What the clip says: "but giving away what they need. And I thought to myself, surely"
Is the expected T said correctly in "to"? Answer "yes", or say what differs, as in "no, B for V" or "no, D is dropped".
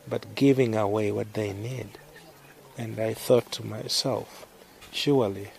yes